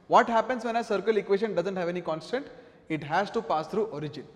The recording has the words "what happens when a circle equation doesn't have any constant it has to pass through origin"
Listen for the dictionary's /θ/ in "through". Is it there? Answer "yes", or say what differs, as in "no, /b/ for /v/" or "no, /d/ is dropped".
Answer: no, /t/ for /θ/